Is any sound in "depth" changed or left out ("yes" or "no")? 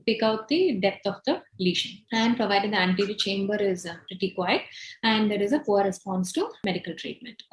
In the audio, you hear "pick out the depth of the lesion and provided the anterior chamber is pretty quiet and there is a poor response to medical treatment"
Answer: yes